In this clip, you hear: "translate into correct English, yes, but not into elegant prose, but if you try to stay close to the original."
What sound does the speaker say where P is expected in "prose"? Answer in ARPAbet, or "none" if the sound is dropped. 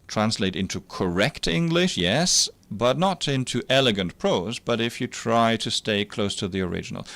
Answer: P